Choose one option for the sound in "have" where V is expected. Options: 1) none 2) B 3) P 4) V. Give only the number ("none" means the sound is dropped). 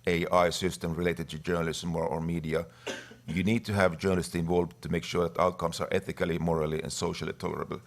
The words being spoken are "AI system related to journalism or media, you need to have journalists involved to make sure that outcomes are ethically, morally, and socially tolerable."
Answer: 4